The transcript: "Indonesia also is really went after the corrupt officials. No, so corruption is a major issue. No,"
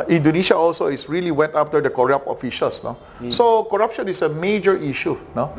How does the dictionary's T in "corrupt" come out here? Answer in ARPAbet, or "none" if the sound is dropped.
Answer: none